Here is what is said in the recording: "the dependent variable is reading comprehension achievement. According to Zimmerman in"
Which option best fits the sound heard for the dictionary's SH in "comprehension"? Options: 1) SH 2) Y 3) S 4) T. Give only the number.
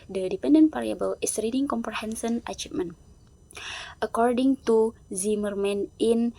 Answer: 3